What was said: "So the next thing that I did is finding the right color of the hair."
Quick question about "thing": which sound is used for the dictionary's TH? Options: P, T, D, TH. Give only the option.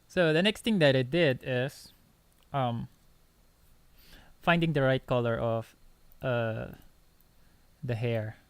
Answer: T